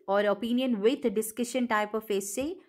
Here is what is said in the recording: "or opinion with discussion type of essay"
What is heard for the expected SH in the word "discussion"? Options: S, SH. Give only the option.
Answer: SH